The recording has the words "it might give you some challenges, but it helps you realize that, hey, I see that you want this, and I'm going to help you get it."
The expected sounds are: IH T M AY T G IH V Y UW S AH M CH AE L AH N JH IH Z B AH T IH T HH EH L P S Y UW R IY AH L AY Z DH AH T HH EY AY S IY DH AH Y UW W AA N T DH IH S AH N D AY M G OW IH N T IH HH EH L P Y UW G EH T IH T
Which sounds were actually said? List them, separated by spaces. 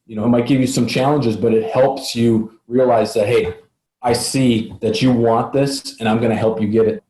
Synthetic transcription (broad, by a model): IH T M AY T G IH V Y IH S AH M CH AE L AH N JH IH Z B AH T IH T HH EH L P S Y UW R IY AH L AY Z DH AH T HH EY AY S IY DH AH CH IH W AA N DH IH S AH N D AY M G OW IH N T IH HH EH L P Y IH G EH T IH T